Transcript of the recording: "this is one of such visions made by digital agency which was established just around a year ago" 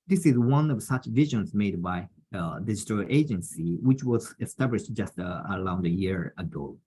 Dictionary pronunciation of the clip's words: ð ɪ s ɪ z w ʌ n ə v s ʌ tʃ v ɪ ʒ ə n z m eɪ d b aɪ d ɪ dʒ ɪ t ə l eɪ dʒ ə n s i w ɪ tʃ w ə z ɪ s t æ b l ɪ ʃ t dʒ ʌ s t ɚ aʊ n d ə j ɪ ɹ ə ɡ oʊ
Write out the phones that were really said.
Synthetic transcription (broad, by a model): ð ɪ s ɪ z w ʌ n ə v s ʌ tʃ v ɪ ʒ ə n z m eɪ d b aɪ d ɪ dʒ ɪ t ə l eɪ dʒ ə n s i w ɪ tʃ w ə z ɪ s t æ b l ɪ ʃ t dʒ ʌ s t ɚ aʊ n d ə j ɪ ɹ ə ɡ oʊ